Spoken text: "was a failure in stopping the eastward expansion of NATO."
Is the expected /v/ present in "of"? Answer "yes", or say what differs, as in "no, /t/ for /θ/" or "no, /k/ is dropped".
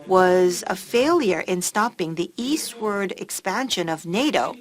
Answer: yes